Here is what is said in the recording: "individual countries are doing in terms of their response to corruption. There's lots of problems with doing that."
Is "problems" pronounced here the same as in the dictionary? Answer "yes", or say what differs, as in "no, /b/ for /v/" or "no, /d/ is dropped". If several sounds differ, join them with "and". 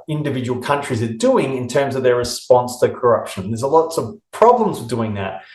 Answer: yes